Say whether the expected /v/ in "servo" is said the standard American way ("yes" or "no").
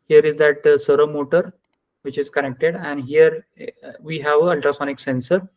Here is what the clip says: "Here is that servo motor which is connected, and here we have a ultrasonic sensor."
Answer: no